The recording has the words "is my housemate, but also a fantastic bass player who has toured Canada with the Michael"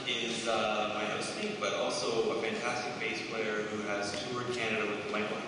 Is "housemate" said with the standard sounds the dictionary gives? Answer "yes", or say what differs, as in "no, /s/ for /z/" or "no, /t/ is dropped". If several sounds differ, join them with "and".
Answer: no, /m/ is dropped